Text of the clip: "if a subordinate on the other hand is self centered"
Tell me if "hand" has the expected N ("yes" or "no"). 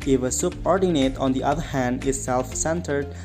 yes